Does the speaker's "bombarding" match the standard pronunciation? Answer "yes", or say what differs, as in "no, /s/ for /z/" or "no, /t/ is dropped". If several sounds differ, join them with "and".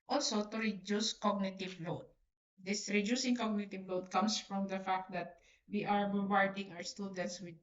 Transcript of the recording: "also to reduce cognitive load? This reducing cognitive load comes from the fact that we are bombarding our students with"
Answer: no, /m/ is dropped